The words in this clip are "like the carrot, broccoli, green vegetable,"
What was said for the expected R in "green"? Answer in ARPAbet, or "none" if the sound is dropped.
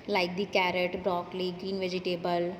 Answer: none